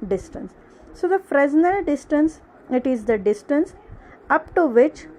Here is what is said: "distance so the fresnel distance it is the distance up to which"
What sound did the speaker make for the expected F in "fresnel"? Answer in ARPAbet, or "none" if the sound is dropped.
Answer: F